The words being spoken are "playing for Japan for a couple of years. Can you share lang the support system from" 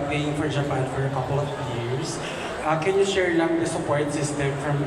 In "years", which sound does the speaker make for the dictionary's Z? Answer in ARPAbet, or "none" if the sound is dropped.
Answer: S